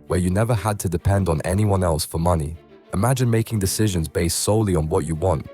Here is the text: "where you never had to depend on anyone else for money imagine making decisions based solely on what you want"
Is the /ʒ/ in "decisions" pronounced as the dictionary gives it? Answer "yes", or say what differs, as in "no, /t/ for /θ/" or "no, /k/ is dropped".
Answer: yes